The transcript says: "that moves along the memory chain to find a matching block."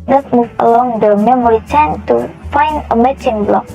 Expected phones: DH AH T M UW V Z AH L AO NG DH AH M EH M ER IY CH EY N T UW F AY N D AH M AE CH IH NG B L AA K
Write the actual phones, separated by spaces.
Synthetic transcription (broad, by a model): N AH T M UW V AH L AO NG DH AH M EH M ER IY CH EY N T UW F AY N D AH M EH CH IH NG B L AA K